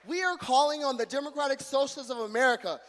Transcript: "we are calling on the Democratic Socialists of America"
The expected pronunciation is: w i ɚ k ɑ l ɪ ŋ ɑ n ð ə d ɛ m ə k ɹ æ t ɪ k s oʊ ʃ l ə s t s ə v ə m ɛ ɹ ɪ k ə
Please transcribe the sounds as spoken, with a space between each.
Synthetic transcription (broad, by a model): w i ɚ k ɑ l ɪ ŋ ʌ n ð ə d ɛ m ə k ɹ æ t ɪ k s oʊ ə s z ə v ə m ɛ ɹ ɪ k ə